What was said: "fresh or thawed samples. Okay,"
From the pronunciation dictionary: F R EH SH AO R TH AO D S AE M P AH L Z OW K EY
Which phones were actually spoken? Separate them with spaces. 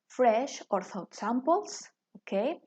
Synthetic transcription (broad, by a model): F R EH SH AO R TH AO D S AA M P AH L S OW K EY